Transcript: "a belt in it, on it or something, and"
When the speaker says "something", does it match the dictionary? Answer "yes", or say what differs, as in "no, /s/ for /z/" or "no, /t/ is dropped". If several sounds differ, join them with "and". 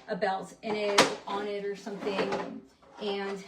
yes